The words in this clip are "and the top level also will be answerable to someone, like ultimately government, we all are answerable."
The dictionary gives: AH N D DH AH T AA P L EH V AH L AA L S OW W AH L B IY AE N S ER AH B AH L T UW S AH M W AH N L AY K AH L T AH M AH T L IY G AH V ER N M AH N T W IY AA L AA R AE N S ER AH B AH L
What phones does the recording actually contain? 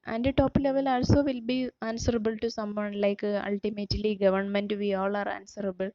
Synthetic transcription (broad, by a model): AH N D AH T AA P L EH V AH L AA L S OW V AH L B IY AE N S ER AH B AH L T UW S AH M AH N L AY K AH L T AH M AH T L IY G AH V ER N M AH N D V IY AA L AA R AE N S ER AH B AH L